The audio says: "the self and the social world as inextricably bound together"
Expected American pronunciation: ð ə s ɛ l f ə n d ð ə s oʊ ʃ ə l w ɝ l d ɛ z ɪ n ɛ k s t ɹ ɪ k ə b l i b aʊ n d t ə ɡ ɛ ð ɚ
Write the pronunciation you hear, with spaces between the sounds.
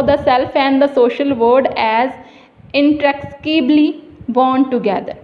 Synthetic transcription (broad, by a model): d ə s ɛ l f ə n d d ə s oʊ ʃ ə l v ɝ d ɛ z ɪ n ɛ k t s k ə b l i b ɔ n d t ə ɡ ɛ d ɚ